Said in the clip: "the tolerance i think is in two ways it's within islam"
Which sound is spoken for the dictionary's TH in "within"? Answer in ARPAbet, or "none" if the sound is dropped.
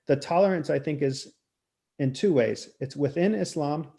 TH